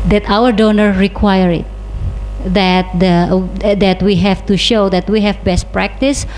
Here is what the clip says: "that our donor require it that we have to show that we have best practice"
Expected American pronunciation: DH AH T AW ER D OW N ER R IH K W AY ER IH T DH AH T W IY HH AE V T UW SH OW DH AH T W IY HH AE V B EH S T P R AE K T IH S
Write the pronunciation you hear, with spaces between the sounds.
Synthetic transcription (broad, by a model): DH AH T AW ER D OW N ER R IH K W AY ER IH T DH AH T W IY HH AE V T UW SH OW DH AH T W IY HH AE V B EH S T P R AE K T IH S